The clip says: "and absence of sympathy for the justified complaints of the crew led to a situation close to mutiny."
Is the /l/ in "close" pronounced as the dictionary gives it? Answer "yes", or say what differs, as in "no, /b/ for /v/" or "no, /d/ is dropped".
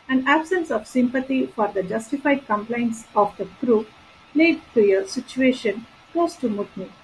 no, /l/ is dropped